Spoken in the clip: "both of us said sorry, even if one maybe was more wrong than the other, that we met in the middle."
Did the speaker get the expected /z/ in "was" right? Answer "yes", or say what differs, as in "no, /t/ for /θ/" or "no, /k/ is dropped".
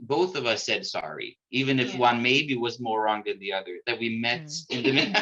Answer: yes